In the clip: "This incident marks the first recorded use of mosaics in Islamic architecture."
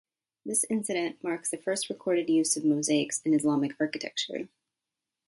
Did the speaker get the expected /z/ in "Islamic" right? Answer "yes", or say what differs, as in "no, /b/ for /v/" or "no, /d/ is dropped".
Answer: yes